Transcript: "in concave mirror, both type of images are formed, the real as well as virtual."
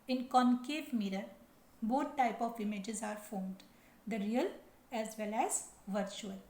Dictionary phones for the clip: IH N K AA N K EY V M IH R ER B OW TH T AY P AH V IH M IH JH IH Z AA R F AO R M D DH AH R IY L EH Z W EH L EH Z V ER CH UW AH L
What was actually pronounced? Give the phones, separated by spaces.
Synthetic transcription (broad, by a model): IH N K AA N K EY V M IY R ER B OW T T AY P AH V IH M IH JH IH Z AA R F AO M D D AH R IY L EH Z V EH L EH Z V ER CH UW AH L